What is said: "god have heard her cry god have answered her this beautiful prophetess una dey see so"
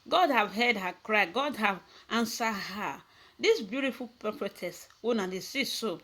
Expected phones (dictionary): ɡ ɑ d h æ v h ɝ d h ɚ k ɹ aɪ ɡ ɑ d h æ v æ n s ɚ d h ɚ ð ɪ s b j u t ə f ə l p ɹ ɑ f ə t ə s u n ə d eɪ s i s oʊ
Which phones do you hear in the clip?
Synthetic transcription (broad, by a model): ɡ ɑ d h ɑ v h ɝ d h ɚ k ɹ aɪ ɡ ɑ d h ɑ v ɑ n s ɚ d h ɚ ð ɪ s b j u t ə f ə l p ɑ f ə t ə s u n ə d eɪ s i s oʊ